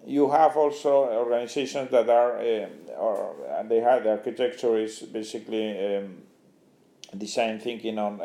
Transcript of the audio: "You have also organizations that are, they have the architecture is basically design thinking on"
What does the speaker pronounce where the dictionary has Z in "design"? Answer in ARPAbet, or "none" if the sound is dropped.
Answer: S